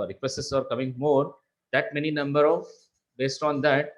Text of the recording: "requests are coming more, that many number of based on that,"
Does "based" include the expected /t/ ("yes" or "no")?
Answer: yes